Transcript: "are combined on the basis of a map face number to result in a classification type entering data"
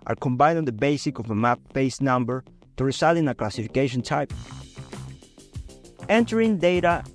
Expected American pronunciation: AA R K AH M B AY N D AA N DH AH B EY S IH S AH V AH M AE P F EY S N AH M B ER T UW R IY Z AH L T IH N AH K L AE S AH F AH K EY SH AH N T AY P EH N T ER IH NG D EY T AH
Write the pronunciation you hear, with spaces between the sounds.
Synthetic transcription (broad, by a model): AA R K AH M B AY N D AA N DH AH B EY S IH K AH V AH M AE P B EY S N AH M B ER T UW R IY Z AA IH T IH N AH K L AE S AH F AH K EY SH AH N T AY P EH N T ER IH NG D EY T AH